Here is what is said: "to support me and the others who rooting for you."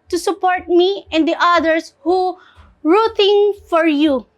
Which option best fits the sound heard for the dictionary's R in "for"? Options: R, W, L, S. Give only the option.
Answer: R